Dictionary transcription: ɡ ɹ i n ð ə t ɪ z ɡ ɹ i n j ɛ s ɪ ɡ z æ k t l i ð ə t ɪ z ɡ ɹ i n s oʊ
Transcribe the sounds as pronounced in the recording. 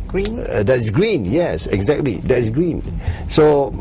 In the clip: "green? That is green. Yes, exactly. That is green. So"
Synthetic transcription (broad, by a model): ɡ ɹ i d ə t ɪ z ɡ ɹ i n j ɛ s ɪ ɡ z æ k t l i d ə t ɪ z ɡ ɹ i n s oʊ